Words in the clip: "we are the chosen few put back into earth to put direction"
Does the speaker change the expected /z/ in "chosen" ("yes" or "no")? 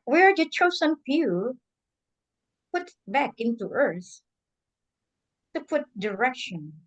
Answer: yes